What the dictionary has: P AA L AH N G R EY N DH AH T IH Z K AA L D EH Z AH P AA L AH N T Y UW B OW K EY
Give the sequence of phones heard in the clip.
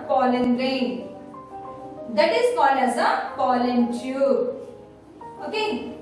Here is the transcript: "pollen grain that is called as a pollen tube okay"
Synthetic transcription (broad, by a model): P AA L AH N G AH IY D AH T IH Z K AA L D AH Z AH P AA L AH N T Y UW OW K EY